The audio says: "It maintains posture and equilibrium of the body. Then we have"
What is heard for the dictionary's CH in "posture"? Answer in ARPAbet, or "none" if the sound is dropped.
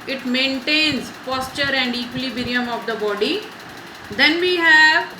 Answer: CH